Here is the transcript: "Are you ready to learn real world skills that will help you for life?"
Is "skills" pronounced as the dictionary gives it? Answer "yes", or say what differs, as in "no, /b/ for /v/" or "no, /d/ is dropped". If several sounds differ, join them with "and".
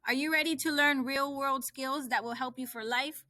yes